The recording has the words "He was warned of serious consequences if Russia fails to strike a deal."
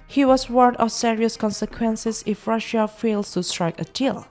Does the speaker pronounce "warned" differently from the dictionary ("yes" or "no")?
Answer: yes